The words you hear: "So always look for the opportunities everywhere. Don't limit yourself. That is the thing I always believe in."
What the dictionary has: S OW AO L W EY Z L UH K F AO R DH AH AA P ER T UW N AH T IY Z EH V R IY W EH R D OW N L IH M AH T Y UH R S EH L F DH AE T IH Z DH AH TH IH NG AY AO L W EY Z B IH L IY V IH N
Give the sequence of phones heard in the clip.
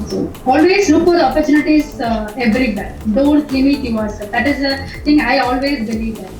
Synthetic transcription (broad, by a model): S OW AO L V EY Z L UH K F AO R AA P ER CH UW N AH T IY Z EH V R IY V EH R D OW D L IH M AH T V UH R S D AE T IH Z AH T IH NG AY AO L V EY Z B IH L IY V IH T